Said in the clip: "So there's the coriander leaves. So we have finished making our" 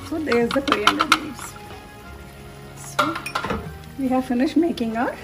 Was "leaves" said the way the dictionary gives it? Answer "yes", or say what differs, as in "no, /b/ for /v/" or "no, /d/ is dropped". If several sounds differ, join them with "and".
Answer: no, /n/ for /l/ and /v/ is dropped